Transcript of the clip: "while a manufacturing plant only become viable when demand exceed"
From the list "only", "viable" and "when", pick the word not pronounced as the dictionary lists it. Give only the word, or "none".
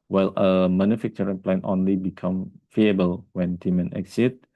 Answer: viable